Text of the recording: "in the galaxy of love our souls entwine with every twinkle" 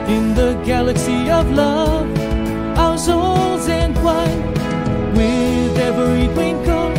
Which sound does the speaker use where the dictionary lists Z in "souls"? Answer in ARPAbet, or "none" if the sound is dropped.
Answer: Z